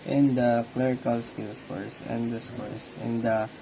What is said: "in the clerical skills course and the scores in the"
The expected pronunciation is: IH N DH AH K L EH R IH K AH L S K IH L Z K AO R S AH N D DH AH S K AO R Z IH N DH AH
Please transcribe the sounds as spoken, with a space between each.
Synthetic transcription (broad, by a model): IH N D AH K L EH R IH K AH L S K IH L S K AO R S AH N D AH S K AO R S IH N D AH